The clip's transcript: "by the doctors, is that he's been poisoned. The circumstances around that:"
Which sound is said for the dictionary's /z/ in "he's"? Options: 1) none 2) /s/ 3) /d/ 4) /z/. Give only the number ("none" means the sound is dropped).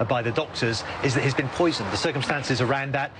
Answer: 4